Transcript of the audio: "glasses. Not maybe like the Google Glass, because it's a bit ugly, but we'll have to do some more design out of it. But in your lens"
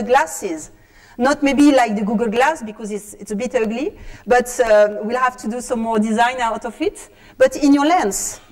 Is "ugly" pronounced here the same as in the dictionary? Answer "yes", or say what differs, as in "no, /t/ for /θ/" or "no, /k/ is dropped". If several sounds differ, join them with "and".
yes